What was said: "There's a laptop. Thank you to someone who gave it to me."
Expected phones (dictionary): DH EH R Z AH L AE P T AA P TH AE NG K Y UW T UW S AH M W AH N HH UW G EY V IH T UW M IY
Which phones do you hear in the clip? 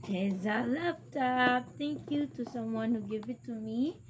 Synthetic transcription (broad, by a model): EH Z AH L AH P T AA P T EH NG K Y UW T UW S AH M W AH N HH UW G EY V IH T UW M IY